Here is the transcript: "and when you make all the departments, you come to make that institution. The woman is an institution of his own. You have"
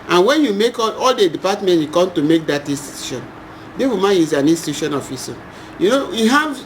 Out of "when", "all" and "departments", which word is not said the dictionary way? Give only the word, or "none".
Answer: departments